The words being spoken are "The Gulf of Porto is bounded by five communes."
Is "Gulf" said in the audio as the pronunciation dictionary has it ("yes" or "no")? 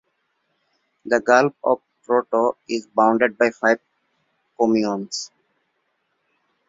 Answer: no